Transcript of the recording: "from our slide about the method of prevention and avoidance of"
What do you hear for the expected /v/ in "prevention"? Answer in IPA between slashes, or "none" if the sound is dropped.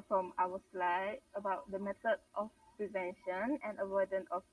/v/